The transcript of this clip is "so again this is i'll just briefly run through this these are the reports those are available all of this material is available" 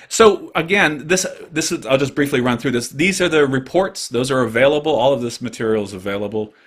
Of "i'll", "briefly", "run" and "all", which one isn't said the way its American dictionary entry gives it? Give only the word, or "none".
none